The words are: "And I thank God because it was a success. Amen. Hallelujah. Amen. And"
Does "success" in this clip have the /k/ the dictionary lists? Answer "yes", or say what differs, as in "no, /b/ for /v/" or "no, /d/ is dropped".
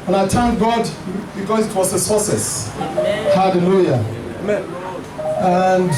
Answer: no, /k/ is dropped